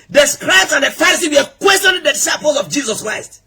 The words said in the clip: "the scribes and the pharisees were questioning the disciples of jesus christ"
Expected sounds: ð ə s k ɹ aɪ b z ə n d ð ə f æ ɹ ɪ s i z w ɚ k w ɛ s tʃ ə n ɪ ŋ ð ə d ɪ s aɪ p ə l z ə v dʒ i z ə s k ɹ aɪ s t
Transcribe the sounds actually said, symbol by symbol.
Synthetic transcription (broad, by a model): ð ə s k ɹ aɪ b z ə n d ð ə f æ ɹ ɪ s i w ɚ k w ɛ s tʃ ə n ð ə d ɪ s aɪ p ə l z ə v dʒ i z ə s k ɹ aɪ s t